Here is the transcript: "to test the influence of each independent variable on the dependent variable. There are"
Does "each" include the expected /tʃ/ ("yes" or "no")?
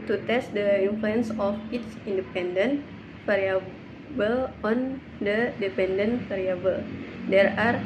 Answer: no